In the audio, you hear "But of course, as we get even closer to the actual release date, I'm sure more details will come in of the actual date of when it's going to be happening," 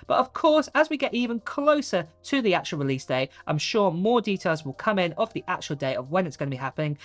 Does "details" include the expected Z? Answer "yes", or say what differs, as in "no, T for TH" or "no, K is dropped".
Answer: yes